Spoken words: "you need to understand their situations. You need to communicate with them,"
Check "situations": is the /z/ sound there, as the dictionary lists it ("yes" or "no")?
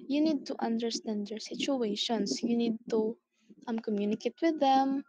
no